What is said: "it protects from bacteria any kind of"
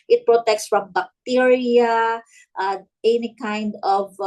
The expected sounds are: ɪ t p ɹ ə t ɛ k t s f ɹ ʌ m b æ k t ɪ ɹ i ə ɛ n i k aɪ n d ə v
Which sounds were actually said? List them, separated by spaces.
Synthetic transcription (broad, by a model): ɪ t p ɹ ə t ɛ k t s f ɹ ʌ m b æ k t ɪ ɹ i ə ɛ n i k aɪ n d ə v